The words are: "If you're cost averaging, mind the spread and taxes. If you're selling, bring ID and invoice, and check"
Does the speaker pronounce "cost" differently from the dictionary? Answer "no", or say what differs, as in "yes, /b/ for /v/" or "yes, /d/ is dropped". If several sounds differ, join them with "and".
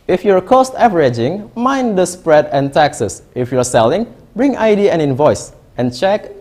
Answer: no